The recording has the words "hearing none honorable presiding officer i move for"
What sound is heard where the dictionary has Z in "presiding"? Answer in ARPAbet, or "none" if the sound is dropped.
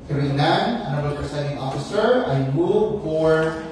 S